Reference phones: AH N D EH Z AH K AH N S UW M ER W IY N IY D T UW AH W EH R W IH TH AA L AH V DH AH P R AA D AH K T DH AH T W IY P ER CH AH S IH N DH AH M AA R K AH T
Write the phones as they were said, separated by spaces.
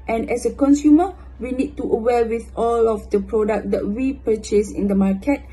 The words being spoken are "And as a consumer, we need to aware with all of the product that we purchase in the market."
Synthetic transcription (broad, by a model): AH N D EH S AH K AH N S UW M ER W IY N IY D T UW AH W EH L W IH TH AA L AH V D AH P R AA D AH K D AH T W IY P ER CH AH S IH N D AH M AA K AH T